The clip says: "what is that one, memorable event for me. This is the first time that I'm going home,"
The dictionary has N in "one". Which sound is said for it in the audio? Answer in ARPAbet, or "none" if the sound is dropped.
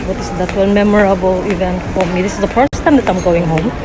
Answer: L